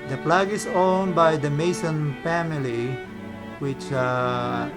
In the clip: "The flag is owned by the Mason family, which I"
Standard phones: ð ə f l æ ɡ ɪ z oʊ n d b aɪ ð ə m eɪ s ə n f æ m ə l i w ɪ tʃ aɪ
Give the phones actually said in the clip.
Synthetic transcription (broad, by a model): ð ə p l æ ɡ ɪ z oʊ n b aɪ ð ə m eɪ s ə n f æ m ə l i w ɪ tʃ